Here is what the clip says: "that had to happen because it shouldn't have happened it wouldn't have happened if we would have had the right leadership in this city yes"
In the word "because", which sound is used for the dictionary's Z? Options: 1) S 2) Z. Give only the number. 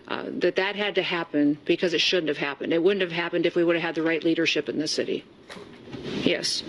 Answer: 2